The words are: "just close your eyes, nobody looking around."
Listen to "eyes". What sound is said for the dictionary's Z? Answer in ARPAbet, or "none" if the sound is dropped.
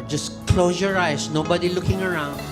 S